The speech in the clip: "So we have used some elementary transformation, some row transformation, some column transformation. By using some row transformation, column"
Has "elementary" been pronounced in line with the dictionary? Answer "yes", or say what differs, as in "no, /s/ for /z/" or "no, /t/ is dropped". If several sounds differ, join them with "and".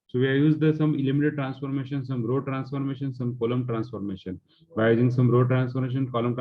no, /n/ is dropped and /ɹ/ is dropped